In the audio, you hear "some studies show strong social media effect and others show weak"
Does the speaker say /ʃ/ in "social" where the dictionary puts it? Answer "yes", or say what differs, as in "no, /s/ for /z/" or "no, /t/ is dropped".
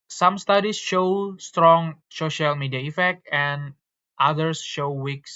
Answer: yes